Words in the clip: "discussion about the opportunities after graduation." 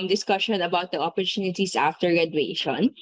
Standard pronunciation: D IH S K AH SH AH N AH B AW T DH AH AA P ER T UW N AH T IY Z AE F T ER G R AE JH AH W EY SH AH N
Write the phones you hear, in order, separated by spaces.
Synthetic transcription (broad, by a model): D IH S K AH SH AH N AH B AW T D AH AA P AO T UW N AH T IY S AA F T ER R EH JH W EY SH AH N